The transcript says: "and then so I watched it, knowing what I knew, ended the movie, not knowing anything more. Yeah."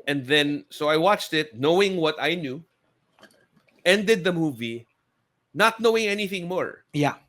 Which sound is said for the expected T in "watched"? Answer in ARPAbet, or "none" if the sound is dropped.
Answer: T